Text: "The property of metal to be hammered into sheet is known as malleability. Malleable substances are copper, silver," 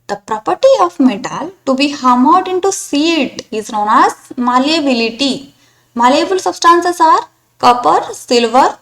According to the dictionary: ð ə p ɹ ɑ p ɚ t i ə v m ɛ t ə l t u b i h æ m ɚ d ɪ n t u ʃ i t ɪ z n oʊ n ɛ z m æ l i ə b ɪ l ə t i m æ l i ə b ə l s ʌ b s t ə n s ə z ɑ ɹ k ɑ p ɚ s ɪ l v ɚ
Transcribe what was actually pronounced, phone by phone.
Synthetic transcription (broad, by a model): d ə p ɹ ɑ p ɚ t i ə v m ɛ t ə l t u b i h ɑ m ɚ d ɪ n t u s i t ɪ z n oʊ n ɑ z m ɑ l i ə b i l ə t i m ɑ l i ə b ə l s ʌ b s t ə n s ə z ɑ ɹ k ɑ p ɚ s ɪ l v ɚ